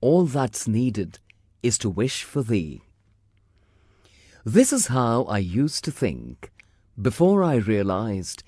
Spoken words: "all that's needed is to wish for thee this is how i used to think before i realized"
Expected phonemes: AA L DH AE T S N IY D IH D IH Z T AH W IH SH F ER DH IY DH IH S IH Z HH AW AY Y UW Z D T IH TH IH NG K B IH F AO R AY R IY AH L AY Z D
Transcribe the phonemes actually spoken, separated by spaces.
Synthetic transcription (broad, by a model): AA L DH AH T S N IY D IH D IH Z T AH W IH SH F ER DH IY DH IH S IH Z HH AW AY Y UW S T IH TH IH NG K B IH F AO R AY R IY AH L AY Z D